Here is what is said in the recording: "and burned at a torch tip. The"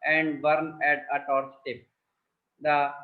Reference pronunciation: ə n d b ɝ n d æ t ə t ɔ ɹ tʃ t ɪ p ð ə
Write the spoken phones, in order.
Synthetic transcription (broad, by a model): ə n d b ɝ n æ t ə t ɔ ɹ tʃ t ɪ p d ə